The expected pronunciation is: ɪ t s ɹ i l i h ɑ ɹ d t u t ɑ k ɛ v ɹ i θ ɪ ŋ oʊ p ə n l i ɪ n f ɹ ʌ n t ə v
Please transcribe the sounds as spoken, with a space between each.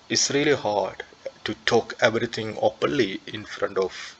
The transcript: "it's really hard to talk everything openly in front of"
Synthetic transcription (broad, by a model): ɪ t s ɹ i l i h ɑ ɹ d t u t ɑ k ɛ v ɹ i t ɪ ŋ oʊ p ə n l i ɪ n f ɹ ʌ n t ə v